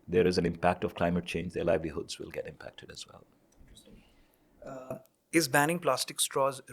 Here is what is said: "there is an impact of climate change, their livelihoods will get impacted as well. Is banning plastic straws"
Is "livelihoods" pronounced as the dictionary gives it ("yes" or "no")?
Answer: yes